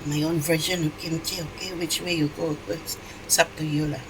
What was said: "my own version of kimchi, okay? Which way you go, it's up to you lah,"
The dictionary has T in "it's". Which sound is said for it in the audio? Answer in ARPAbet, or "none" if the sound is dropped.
S